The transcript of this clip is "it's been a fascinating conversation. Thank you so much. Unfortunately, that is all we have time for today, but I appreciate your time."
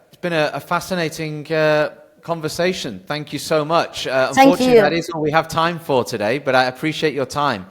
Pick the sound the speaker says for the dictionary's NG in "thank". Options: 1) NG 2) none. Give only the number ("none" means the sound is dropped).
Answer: 1